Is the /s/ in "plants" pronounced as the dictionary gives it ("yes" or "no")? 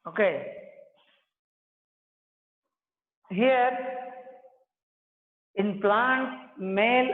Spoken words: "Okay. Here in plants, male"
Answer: no